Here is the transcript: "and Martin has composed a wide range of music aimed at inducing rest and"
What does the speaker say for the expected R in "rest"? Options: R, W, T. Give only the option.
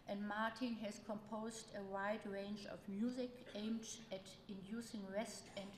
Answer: R